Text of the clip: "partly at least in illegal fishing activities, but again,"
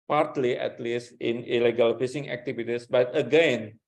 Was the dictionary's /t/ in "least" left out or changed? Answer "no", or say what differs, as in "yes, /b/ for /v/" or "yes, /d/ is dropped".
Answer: no